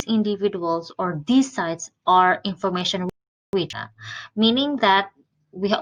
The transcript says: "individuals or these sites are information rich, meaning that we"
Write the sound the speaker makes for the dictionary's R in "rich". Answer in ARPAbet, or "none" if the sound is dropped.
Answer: W